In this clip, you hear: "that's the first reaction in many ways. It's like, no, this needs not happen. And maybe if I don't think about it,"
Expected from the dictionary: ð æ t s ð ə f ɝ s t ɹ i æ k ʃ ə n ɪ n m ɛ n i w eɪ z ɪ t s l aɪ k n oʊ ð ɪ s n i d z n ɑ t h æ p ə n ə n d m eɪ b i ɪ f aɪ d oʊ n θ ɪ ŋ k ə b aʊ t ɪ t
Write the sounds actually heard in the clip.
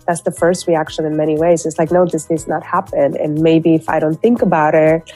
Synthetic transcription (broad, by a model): ð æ t s ð ə f ɝ s t ɹ i æ k ʃ ə n ɪ n m ɛ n i w eɪ z ɪ t s l aɪ k n oʊ ð ɪ s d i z n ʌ t h æ p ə n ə n m eɪ b i ɪ f aɪ d oʊ n θ ɪ ŋ k ə b aʊ t ɪ t